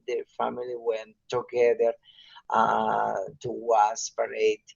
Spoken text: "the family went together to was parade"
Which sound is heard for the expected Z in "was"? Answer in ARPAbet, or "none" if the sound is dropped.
S